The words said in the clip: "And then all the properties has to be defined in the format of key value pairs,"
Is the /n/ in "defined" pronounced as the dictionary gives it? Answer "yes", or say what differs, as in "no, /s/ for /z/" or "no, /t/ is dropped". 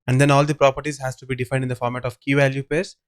no, /n/ is dropped